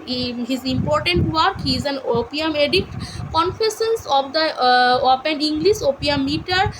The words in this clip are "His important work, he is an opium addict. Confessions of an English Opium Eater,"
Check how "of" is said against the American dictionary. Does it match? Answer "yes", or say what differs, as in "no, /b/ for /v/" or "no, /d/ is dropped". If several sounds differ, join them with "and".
no, /p/ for /v/